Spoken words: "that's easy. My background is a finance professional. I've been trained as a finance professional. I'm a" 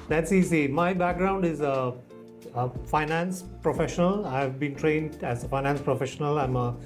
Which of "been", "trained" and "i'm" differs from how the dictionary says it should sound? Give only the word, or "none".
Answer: none